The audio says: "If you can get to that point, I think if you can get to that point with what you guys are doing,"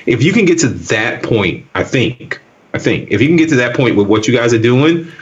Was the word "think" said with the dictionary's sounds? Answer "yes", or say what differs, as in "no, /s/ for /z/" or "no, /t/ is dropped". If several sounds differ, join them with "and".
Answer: yes